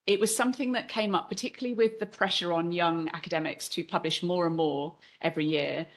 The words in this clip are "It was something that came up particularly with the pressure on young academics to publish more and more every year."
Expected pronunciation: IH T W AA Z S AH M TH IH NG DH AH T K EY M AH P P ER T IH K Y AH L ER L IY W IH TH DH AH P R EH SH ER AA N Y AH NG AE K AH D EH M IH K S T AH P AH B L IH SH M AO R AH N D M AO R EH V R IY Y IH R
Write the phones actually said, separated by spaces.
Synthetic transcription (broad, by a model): IH T W AA Z S AH M TH IH NG DH AH T K EY M AH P P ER T IH K Y L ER L IY W IH DH AH P R EH SH ER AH N Y AH NG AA K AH D EH M IH K S T AH P AH B L IH SH M AO R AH N M AO R EH V R IY Y IH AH